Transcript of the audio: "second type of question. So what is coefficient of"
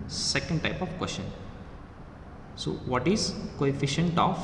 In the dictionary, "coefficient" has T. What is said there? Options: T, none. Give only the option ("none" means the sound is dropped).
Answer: T